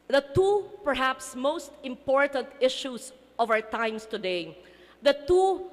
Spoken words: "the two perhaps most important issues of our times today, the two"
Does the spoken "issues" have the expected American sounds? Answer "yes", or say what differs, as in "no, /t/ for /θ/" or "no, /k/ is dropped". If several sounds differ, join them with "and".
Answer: no, /s/ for /z/